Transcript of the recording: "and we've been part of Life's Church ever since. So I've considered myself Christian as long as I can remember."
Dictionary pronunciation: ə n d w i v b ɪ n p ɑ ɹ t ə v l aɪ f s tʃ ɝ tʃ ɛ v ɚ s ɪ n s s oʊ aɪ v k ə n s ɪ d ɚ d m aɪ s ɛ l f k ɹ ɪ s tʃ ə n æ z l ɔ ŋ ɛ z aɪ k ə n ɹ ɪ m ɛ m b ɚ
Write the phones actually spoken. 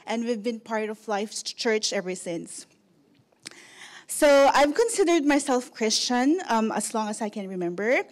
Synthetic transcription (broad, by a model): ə n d w i v b ɪ n p ɑ ɹ t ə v l aɪ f tʃ ɝ tʃ ɛ v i s ɪ n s s oʊ aɪ v k ə n s ɪ d ɚ d m aɪ s ɛ l f k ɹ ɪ s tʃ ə n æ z l ɔ ŋ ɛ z aɪ k ə n ɹ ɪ m ɛ m b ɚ